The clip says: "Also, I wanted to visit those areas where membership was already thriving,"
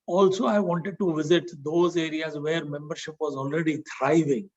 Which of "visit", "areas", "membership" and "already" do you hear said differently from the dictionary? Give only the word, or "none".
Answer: none